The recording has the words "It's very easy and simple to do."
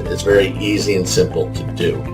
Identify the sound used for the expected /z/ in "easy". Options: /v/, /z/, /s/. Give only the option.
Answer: /z/